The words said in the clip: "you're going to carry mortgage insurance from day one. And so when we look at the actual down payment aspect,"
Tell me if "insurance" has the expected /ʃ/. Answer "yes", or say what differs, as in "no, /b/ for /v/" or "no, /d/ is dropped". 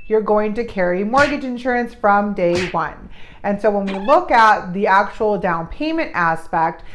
yes